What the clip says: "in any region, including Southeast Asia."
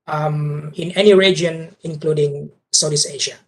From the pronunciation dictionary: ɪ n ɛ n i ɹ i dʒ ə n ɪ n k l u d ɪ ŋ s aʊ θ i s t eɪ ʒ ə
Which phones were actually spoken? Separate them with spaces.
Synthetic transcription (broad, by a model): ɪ n ɛ n i ɹ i dʒ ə n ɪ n k l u d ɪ ŋ s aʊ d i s eɪ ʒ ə